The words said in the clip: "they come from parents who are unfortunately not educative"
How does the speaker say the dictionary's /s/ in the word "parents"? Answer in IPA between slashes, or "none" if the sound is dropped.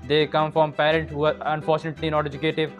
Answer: none